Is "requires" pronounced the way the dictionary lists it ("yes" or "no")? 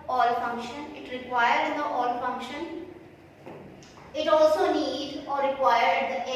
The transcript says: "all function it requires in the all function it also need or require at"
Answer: no